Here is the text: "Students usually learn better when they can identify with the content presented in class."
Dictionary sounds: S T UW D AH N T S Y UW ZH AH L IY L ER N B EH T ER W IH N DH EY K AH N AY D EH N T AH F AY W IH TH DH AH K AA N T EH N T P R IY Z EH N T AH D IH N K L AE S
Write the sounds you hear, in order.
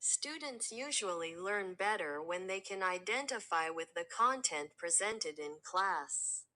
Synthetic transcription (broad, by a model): S T UW D N T S Y UW ZH AH L IY L ER N B EH T ER W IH N DH EY K AH N AY D EH N T AH F AY W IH DH AH K AA N T EH N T P R IY Z EH N T AH D IH N K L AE S